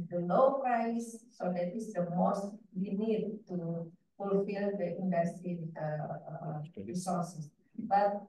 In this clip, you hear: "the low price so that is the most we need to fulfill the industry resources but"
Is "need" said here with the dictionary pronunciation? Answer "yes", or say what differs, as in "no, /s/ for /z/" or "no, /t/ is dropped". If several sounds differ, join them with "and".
yes